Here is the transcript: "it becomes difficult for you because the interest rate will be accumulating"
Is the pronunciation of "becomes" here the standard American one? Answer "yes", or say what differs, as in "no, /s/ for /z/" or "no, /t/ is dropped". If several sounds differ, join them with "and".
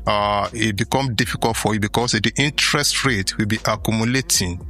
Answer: no, /z/ is dropped